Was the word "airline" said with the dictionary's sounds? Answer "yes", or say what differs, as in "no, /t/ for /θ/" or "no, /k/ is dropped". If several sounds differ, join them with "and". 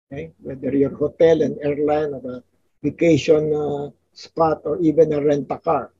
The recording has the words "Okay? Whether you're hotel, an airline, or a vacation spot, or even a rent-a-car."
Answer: yes